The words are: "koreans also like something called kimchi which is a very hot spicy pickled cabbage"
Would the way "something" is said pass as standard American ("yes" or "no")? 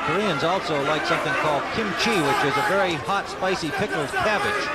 yes